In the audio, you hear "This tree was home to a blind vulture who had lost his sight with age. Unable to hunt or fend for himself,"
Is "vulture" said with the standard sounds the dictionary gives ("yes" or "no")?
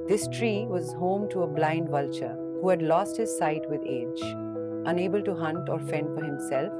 yes